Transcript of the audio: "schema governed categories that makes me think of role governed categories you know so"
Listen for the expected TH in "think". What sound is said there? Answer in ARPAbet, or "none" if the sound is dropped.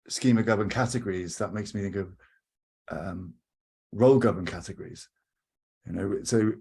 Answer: TH